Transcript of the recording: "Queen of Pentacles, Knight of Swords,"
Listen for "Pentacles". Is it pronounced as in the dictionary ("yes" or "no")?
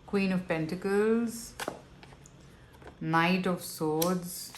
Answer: yes